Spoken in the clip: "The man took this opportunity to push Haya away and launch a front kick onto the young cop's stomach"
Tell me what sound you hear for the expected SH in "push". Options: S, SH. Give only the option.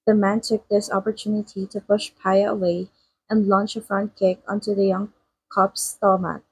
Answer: SH